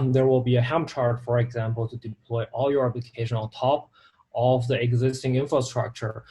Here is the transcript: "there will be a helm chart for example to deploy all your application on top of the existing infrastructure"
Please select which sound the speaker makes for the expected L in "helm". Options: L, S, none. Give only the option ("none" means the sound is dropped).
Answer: none